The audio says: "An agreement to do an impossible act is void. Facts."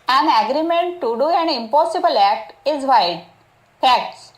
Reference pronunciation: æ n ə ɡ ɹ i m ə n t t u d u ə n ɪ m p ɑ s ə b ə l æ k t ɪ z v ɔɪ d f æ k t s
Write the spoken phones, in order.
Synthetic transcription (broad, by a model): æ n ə ɡ ɹ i m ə n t t u d u ə n ɪ m p ɑ s ə b ə l æ k t ɪ z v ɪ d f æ k t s